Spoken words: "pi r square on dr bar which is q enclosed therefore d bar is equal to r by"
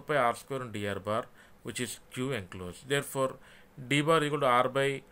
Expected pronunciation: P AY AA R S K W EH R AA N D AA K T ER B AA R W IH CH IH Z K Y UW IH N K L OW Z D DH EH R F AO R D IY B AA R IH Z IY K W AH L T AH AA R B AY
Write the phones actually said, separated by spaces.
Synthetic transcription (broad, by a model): P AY AA R S K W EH R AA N D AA T B AA R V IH CH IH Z K Y UW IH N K L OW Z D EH R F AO R D IY B AA R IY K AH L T AA R B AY